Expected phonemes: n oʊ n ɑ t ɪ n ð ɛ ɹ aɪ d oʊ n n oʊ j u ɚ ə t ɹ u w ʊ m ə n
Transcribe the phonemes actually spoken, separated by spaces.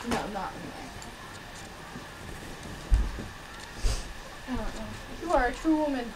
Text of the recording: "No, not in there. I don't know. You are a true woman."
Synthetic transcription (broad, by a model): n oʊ l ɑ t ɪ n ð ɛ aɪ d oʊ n n oʊ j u ɚ ə t ɹ u w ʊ m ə n